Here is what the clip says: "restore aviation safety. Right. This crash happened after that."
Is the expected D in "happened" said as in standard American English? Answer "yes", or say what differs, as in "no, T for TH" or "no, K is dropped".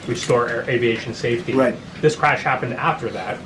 yes